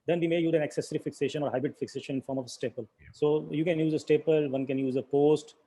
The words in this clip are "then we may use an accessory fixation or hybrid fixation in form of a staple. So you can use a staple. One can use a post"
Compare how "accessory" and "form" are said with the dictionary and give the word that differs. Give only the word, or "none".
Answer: none